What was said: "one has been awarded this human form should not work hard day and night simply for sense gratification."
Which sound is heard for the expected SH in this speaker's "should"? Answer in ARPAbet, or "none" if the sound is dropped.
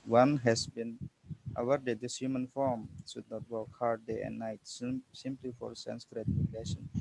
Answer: S